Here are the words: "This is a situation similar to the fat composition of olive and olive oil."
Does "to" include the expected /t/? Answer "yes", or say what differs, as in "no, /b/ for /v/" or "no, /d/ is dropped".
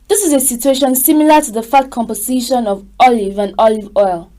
yes